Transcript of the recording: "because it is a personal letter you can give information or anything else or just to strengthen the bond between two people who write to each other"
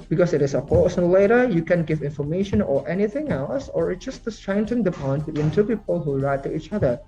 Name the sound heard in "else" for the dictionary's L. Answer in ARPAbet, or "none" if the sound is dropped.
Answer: L